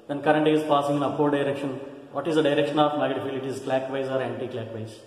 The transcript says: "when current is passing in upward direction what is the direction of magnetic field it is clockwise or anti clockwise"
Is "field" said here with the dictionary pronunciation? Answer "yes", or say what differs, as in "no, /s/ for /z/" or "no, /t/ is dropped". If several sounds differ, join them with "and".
no, /d/ is dropped